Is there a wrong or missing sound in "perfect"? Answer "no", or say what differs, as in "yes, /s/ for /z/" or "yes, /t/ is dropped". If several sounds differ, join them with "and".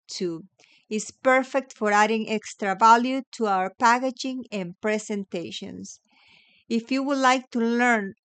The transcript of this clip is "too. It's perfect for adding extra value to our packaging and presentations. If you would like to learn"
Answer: no